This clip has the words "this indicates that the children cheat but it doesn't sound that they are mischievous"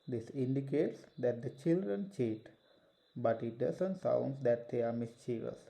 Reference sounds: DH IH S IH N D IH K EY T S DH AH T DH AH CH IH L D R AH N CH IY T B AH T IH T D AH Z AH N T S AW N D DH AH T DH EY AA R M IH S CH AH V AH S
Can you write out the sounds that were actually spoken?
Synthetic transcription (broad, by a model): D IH S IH N D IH K EY T S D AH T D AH CH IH L D R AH N CH IY T B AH T IH T D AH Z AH N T S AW N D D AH T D EY AA R M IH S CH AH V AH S